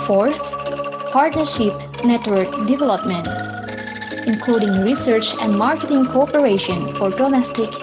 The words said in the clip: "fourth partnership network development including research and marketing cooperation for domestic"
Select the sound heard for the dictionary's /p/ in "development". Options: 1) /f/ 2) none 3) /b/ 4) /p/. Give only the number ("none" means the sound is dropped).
4